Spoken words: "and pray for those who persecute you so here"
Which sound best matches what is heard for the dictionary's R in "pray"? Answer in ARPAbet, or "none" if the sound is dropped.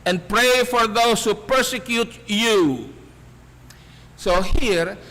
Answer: R